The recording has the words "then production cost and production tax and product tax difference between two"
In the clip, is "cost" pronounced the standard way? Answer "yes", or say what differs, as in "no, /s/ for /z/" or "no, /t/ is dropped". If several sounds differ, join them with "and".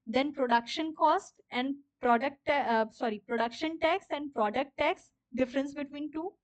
yes